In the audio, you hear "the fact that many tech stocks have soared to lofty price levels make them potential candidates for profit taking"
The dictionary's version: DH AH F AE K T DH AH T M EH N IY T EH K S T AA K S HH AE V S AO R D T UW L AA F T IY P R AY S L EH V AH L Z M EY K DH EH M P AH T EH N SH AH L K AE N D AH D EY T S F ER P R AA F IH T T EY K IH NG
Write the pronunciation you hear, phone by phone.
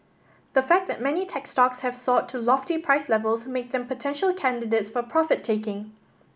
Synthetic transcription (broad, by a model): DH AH F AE K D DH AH T M EH N IY T EH K S T AA K S HH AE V S AO T UW L AA F T IY P R AY S L EH V AH L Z M EY K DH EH M P AH T EH N SH AH L K AE N D AH D EY T S F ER P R AA F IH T T EY K IH NG